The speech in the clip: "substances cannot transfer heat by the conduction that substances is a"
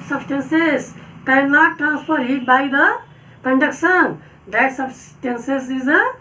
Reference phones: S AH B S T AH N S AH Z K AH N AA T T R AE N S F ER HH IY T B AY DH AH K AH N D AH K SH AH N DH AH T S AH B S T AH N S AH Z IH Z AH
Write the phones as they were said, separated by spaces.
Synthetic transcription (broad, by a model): S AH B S T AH N S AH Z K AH L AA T T R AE N S P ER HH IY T B AY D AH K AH N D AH K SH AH N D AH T S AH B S T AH N S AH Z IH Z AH